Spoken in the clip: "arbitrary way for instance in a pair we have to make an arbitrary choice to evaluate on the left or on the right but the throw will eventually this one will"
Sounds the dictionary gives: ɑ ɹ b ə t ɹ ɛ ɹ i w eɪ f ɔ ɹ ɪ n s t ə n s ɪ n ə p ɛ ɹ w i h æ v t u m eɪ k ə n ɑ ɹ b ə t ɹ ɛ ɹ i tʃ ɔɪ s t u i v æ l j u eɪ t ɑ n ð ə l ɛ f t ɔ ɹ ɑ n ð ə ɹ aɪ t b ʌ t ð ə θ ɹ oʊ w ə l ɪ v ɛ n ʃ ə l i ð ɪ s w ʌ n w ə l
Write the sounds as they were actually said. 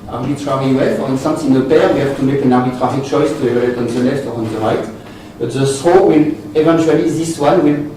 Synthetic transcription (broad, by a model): ɑ ɹ b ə t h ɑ ɹ i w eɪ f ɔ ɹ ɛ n s t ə s ɪ n ə p ɛ ɹ w i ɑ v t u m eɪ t ə n ɑ ɹ b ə t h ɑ ɹ i tʃ ɔɪ s t u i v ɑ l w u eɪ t ɑ n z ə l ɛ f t ɔ ɹ ɑ n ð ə ɹ aɪ t b ʌ t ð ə s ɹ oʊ w ə l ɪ v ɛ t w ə l i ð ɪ s w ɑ n w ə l